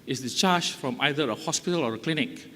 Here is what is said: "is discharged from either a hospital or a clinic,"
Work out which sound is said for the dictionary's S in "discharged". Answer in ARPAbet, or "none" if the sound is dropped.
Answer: none